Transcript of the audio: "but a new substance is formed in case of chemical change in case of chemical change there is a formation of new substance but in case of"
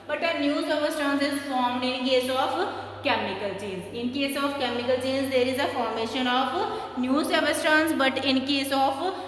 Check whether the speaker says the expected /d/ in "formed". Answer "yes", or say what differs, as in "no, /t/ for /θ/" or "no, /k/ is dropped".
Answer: yes